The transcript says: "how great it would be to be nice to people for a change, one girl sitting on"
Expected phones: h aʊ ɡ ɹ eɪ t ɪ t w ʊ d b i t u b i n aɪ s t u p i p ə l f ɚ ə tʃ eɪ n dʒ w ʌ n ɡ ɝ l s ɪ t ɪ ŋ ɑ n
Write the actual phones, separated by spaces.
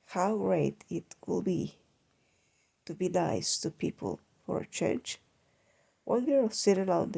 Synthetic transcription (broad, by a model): h aʊ ɡ ɹ eɪ t ɪ t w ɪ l b i t u b i l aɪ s t u p i p ə l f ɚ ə tʃ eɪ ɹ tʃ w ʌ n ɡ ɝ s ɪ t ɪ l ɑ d